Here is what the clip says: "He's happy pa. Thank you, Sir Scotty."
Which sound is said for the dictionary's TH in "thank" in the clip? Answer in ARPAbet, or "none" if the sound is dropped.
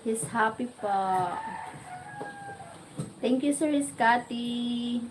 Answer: T